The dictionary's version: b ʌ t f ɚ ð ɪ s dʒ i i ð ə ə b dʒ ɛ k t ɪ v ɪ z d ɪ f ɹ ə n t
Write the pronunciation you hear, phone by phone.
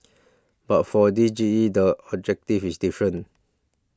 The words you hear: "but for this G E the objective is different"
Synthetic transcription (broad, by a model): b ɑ t f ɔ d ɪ dʒ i i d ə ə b dʒ ɛ k t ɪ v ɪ s d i f ɹ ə n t